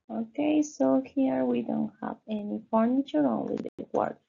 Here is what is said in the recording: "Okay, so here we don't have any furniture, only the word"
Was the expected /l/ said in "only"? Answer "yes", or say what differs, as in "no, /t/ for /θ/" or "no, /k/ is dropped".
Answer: no, /w/ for /l/